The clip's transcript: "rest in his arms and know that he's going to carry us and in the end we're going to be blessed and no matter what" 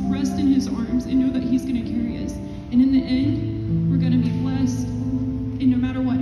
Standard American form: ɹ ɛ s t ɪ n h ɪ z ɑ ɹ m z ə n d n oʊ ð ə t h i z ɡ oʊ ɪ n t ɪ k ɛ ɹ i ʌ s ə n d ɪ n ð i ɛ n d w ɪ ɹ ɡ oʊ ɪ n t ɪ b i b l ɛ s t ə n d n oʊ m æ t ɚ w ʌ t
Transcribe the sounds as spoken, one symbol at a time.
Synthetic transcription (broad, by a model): ɹ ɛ s t ɪ n ɪ z ɑ ɹ m z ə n n oʊ ð ə t h i z ɡ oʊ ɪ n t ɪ k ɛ ɹ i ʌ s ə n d ɪ n ð i ɛ n d w ɪ ɹ ɡ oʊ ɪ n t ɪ b i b l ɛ s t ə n n oʊ m æ t ɚ w ʌ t